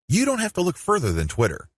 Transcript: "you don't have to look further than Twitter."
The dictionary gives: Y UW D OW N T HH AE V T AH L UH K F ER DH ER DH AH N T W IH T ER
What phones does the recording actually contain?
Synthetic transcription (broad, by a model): Y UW D OW N T HH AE F T AH L UH K F ER DH ER DH AH N T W IH T ER